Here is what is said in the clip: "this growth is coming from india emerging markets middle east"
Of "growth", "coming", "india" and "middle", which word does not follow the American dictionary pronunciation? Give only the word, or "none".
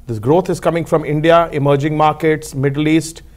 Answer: growth